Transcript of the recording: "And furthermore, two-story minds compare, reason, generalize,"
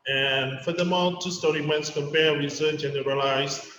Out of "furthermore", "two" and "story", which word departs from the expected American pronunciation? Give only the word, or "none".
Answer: furthermore